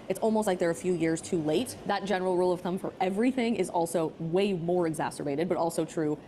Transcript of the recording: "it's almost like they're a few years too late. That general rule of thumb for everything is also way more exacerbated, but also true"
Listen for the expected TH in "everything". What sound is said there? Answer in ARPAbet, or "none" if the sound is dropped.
TH